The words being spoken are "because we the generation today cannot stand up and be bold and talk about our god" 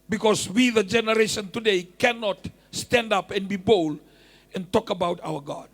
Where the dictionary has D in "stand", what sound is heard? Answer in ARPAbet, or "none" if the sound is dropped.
D